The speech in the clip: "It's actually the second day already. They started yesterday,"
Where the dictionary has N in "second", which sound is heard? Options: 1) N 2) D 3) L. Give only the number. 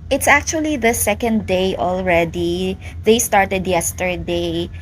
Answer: 1